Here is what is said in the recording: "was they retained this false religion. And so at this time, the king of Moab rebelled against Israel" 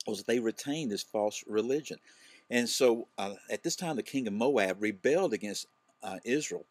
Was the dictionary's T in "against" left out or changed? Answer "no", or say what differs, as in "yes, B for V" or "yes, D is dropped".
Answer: no